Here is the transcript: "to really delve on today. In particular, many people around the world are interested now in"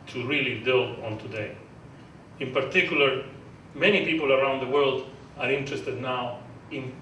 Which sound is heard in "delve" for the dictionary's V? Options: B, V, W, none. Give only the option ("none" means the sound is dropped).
none